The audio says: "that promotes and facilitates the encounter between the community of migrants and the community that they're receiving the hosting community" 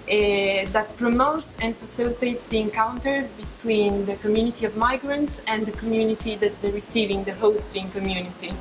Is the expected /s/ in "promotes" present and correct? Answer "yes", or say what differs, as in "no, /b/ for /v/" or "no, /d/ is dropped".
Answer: yes